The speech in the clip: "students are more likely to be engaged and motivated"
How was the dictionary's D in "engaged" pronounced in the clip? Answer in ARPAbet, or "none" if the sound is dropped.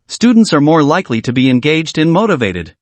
D